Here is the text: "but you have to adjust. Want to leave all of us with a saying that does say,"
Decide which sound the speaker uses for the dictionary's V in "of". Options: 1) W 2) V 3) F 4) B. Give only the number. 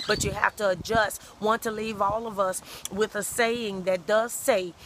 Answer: 2